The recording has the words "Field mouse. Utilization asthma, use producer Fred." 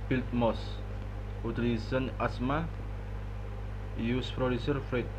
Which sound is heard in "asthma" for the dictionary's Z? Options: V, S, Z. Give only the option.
S